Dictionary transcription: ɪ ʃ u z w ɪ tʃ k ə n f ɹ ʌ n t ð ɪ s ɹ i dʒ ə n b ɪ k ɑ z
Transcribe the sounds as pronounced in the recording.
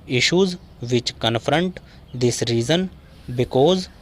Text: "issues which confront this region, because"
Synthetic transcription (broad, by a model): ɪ ʃ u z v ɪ tʃ k ə n f ɹ ʌ n t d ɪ s ɹ i z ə n b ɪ k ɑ z